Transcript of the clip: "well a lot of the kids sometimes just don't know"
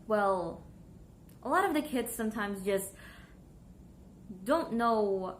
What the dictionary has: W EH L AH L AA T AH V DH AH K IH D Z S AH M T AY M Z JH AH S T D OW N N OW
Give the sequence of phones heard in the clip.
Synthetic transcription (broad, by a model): W EH L AH L AA T AH V DH AH K IH D Z S AH M T AY M Z JH AH S T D OW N N OW